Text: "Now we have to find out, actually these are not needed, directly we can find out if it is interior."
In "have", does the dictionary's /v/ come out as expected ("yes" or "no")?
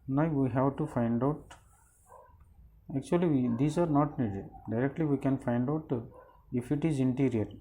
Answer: no